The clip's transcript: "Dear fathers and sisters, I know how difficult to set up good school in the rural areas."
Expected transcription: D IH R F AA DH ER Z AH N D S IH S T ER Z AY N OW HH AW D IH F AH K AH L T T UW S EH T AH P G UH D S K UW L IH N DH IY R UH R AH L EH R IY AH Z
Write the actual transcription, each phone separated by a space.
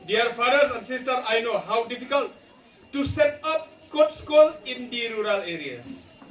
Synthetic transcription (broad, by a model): D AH R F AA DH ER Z AH N D S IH S T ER AY N OW HH AW D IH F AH K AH L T T UW S EH T AH P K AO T S K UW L IH N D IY R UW R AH L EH R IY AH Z